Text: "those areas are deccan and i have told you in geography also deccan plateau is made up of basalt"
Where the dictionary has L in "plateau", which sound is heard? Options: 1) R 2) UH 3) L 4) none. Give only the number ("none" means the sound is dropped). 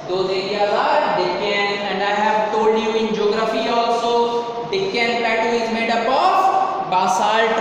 4